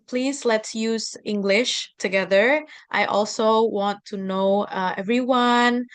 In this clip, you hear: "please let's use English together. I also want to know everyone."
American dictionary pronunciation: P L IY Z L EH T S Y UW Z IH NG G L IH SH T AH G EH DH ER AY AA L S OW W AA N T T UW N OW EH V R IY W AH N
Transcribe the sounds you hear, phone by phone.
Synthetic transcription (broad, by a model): P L IY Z L EH T S Y UW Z IH NG G L IH SH T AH G EH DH ER AY AA L S OW W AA N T T UW N OW EH V R IY W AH N